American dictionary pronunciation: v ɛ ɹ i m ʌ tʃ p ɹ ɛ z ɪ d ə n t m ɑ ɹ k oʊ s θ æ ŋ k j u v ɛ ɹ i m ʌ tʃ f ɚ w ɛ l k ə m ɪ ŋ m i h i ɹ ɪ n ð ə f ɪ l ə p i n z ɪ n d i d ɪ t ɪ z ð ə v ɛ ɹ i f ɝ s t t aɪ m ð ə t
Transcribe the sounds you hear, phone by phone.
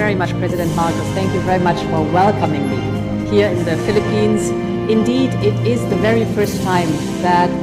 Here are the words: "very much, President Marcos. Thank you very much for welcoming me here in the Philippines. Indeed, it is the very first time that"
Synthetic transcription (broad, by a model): ɛ ɹ i m ʌ tʃ p ɹ ɛ z ɪ d ə n t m ɑ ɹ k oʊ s θ æ ŋ k j u v ɛ ɹ i m ʌ tʃ f ɚ w ɛ l k ə m ɪ ŋ m i h i ɹ ɪ n ð ə f ɪ l ə p i n z ɪ n d i d ɪ t ɪ z ð ə v ɛ ɹ i f ɝ s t t aɪ m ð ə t